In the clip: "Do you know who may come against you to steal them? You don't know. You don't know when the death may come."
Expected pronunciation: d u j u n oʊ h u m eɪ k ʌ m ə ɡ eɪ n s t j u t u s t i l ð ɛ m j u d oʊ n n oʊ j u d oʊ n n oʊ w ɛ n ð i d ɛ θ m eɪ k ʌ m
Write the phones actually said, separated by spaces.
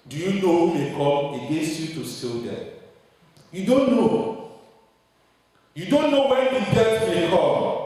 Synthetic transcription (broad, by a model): d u j u n oʊ h u m eɪ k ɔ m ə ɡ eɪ s j u t u s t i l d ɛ j u d oʊ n n oʊ j u d oʊ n n oʊ w ɛ n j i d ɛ t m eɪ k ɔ